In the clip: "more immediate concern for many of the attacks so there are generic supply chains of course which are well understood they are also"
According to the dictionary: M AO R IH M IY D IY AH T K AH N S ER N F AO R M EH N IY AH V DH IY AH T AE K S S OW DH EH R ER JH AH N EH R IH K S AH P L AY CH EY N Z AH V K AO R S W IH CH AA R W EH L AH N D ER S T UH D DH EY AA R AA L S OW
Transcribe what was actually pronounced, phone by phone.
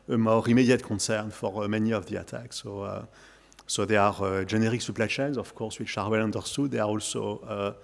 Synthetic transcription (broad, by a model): M AO R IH M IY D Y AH T K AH N S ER N F AO R M EH N IY AH V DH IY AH T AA K S S OW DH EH R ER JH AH N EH R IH K S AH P L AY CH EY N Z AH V K AO R S W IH SH AA R W EH L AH N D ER S T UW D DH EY AA R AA L S OW